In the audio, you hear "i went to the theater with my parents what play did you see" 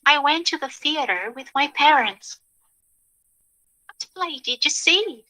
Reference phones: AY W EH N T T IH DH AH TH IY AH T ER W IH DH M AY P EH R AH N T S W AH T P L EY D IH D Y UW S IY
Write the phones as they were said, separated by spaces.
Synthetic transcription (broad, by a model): AY W EH N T T IH DH AH TH IY AH T ER W IH DH M AY P EH R AH N T S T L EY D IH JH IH S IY